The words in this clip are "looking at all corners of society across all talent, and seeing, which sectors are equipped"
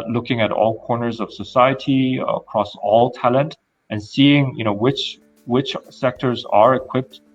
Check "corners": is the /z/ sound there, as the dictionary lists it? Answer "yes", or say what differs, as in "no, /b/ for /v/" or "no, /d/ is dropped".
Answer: yes